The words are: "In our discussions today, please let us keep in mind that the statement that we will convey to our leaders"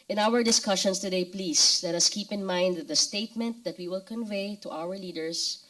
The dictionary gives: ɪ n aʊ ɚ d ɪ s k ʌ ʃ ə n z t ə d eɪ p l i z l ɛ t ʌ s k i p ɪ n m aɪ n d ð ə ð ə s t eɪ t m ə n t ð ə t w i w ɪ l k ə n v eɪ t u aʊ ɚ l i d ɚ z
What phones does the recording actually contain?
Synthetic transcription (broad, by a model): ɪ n aʊ ɚ d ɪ s k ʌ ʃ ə n s t ə d eɪ p l i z l ɛ t ʌ s k i p ɪ n m aɪ n d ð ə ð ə s t eɪ t m ə n t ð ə t w i w ɪ l k ə n v eɪ t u aʊ ɚ l i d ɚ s